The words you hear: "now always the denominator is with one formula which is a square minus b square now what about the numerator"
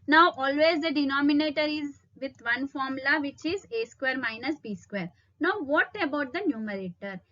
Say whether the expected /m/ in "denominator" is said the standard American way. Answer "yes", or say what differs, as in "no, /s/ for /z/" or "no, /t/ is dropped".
yes